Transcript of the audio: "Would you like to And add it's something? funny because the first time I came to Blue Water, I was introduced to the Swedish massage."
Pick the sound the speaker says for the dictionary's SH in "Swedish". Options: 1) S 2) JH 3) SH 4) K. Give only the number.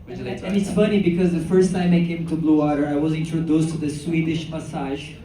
3